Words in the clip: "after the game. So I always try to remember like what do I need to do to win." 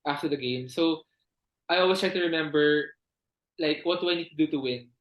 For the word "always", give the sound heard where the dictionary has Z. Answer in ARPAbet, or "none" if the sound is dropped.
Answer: S